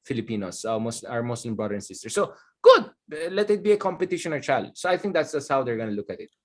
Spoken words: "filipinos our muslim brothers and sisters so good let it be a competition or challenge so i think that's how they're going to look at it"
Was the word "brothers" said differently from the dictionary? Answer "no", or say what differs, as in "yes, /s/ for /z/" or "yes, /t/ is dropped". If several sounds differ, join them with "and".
yes, /z/ is dropped